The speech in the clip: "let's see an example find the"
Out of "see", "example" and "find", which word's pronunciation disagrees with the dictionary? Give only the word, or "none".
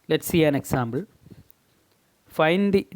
example